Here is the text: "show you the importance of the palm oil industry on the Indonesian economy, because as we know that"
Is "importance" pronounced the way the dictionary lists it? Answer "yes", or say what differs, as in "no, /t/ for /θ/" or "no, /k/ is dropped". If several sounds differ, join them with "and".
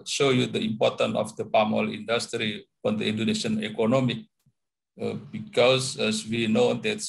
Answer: no, /s/ is dropped